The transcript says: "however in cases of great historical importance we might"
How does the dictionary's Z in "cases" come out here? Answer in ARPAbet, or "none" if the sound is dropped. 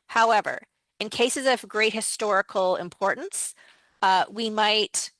Z